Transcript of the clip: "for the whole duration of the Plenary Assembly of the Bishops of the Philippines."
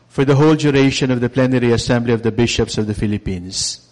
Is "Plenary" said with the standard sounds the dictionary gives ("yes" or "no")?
yes